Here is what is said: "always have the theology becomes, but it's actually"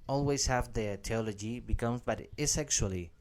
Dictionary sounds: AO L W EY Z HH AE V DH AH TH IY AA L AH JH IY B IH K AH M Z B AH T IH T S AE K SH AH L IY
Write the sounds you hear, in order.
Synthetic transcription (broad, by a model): AO L W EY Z HH AE V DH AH T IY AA L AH JH IY B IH K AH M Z B AH T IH S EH K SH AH L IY